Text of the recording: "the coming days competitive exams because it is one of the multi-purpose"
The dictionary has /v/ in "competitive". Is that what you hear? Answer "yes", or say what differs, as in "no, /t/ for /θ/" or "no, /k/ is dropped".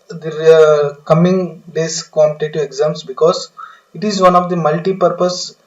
no, /v/ is dropped